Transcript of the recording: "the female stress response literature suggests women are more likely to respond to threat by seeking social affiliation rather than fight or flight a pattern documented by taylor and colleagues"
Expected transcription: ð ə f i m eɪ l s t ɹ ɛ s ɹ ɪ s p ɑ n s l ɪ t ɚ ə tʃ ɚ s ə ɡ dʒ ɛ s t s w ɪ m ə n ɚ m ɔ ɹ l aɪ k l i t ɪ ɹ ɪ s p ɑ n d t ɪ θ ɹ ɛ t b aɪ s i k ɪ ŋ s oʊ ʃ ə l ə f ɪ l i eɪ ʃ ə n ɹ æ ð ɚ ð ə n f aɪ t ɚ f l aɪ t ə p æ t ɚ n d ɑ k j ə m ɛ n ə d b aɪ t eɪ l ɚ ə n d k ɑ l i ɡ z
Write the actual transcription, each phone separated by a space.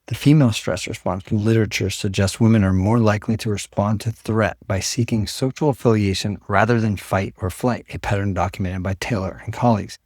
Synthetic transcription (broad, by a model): ð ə f i m eɪ l s t ɹ ɛ s ɹ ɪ s p ɑ n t l ɪ t ɚ ə tʃ ɚ s ə ɡ dʒ ɛ s t s w ɪ m ə n ɚ m ɔ ɹ l aɪ k l i t ɪ ɹ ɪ s p ɑ n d t ɪ θ ɹ ɛ t b aɪ s i k ɪ ŋ s oʊ ʃ l ə f ɪ l i eɪ ʃ ə n ɹ æ ð ɚ ð ə n f aɪ t ɚ f l aɪ t ə p æ t ɚ n d ɑ k j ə m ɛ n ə d b aɪ t eɪ l ɚ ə n k ɑ l i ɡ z